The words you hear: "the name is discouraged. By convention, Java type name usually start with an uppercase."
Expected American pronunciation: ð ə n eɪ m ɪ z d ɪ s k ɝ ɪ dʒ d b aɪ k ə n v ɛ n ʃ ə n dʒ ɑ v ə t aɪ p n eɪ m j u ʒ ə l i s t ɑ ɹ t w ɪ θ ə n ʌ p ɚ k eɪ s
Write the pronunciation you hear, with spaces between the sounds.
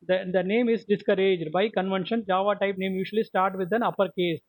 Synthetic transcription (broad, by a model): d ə n eɪ m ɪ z d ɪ s k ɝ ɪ dʒ d b aɪ k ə n v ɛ n ʃ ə n dʒ ɑ v ə t aɪ p n eɪ m j u ʃ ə l i s t ɑ ɹ t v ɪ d ə n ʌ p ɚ k eɪ s